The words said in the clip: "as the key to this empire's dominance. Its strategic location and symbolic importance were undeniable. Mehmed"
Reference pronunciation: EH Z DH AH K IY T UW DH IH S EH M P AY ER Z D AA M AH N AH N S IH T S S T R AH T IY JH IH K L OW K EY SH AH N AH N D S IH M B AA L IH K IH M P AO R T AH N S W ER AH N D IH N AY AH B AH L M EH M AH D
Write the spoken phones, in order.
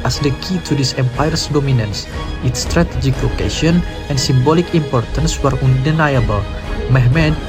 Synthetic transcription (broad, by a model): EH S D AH K IY T UW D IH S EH M P AY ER S D AA M AH N AH N S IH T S S T R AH T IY JH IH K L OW K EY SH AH N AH N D S IH M B AA L IH K IH M P AO R T AH N S W ER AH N D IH N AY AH B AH L M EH M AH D